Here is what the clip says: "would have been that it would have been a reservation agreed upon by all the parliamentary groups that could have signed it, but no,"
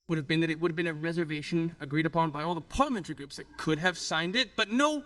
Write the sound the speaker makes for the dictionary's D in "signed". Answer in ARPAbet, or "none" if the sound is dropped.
D